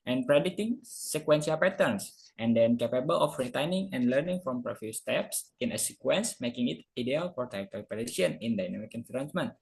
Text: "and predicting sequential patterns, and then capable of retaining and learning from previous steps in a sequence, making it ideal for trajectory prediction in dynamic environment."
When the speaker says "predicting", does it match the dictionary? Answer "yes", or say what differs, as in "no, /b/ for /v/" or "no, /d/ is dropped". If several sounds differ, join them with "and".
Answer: no, /k/ is dropped